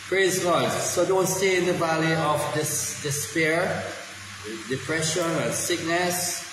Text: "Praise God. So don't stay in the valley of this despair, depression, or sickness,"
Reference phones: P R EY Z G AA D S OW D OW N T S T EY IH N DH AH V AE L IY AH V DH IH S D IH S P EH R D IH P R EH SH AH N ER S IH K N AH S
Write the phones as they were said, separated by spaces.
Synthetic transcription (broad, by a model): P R EY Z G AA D S OW D OW N T S T EY IH N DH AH V AE L IY AH V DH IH S D IH S P EH R D IH P R EH SH AH N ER S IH K N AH S